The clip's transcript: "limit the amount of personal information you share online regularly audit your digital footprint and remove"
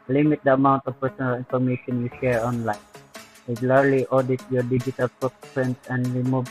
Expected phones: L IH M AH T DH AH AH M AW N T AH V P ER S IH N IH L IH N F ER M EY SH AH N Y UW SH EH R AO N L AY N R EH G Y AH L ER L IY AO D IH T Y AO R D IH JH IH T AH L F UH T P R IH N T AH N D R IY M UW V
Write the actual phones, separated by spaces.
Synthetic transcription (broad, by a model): L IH M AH T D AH AH M AW N T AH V P ER S IH N IH L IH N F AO M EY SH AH N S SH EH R AO N L AY N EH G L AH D L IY AO D IH T Y AO R D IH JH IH T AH L P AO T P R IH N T AH N D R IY M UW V